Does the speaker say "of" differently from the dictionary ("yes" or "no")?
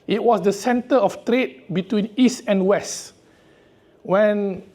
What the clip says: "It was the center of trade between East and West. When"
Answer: yes